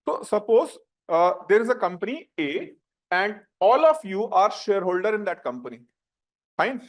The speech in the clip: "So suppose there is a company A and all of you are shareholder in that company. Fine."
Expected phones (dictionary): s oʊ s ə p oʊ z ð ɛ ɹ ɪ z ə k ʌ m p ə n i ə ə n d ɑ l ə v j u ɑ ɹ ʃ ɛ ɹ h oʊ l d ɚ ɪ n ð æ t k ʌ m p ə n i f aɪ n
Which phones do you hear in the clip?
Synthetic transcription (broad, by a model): s oʊ s ə p oʊ z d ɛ ɹ ɪ z ə k ʌ m p ə n i ə ə n d ɑ l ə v j u ɑ ɹ ʃ ɛ ɹ h oʊ l d ɚ ɪ n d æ t k ʌ m p ə n i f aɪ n